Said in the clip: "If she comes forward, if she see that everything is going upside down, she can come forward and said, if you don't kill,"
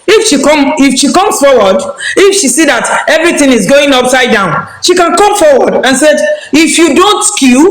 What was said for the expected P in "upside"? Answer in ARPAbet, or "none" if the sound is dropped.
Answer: P